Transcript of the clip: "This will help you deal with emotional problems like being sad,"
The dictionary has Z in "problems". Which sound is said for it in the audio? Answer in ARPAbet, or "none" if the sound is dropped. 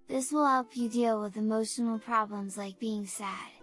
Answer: Z